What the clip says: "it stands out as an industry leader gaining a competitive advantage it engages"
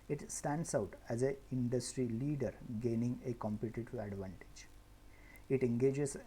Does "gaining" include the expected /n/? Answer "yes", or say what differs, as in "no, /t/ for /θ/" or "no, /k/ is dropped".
yes